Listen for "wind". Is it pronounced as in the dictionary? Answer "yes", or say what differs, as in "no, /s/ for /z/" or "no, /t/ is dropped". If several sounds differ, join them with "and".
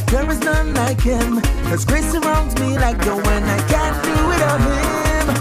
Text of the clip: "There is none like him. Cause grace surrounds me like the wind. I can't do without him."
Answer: no, /d/ is dropped